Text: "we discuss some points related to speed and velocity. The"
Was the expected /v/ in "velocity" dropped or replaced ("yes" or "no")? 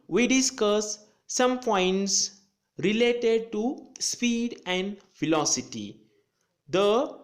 yes